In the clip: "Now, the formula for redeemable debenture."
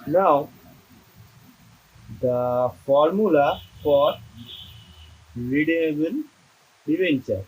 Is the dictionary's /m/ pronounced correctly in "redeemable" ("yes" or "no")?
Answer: no